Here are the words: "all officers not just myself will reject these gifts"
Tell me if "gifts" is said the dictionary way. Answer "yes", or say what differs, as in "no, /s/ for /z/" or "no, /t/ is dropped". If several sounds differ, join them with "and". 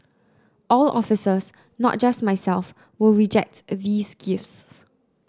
yes